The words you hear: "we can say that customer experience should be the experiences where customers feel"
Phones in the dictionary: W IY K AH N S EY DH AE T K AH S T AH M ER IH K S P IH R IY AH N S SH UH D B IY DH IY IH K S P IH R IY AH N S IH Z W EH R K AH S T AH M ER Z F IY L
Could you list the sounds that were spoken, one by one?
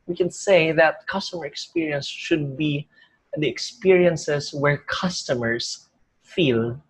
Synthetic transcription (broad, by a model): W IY K AH N S EY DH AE T K AH S T AH M ER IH K S P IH R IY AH N S SH UH D B IY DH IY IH K S P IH R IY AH N S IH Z W EH R K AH S T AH M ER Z F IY L